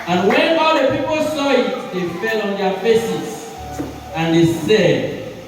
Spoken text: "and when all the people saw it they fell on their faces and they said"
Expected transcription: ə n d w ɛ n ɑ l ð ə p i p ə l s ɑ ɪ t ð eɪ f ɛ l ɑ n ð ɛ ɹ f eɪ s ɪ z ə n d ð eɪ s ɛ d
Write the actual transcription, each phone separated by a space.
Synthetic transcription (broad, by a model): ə n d w ɛ n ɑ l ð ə p i p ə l s ɑ ɪ t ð eɪ f ɛ l ɑ n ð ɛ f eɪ s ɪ s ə n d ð eɪ s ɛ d